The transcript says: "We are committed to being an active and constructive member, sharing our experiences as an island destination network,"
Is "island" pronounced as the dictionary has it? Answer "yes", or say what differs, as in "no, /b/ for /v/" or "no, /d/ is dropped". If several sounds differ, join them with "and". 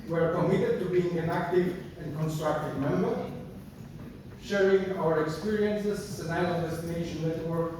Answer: no, /l/ is dropped